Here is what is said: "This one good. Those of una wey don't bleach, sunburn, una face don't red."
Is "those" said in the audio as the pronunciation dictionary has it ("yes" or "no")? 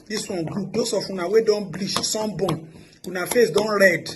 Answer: no